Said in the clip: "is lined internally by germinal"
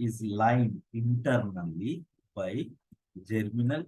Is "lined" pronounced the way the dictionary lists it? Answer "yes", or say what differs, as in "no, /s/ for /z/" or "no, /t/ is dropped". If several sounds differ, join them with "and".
no, /d/ is dropped